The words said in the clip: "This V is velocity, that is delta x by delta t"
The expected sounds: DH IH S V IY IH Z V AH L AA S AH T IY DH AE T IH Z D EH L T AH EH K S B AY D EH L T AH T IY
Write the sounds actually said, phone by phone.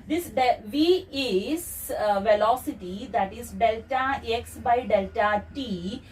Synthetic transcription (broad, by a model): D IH S V IY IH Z V AH L AA S AH T IY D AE T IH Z D EH L T AH EH K S B AY D EH L T AH T IY